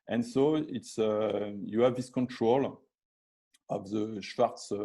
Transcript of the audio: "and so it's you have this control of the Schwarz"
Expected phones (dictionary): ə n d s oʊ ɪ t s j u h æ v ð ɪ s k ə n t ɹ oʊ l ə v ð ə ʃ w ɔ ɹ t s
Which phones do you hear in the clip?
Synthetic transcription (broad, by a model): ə n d s oʊ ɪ t s j u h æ v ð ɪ s k ə n t ɹ oʊ l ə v ð ə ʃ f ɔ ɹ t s